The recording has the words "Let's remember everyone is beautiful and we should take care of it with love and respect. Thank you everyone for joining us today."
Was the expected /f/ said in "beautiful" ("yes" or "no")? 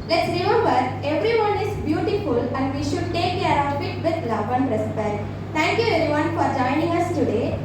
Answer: yes